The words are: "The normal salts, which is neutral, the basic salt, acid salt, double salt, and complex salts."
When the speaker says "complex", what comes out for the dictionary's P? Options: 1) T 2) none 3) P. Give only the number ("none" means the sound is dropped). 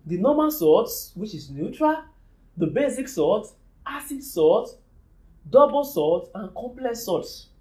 3